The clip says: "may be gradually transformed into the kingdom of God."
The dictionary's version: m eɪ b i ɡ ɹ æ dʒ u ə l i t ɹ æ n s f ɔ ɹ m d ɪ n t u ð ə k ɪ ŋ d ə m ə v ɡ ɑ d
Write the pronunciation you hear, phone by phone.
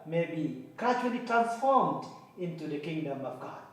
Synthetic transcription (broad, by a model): m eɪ b i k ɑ tʃ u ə l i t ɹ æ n f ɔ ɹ m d ɪ n t u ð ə k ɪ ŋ d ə m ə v ɡ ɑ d